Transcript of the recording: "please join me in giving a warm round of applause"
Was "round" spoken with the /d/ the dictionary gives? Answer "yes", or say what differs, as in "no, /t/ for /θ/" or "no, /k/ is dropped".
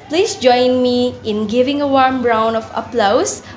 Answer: no, /d/ is dropped